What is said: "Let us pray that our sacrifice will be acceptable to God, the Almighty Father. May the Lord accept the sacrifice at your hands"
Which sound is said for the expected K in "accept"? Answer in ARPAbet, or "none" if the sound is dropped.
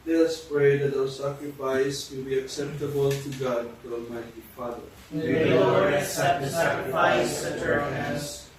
none